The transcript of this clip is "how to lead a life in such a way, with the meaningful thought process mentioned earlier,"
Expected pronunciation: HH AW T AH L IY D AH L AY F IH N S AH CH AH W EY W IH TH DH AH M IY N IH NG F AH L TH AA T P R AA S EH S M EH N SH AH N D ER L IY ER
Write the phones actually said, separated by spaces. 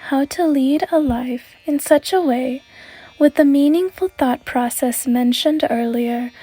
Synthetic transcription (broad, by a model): HH AW T AH L IY D AH L AY F IH N S AH CH AH W EY W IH DH AH M IY N IH NG F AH L TH AA T P R AA S EH S M EH N SH AH N D ER L IY ER